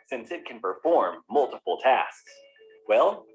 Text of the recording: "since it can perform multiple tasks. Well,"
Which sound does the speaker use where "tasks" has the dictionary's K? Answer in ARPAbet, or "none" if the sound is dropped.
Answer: K